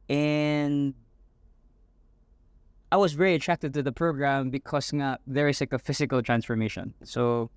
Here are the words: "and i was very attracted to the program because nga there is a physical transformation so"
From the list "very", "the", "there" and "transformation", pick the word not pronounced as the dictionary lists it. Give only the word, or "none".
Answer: there